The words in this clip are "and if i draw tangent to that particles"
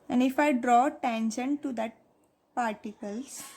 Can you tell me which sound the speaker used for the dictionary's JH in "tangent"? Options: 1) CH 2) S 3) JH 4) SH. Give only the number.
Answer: 4